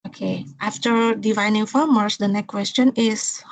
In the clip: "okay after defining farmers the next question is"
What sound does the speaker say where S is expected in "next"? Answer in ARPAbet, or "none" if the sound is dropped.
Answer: none